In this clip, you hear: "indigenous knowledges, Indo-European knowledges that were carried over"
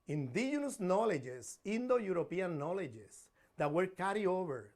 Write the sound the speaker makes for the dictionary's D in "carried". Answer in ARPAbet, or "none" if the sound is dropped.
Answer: none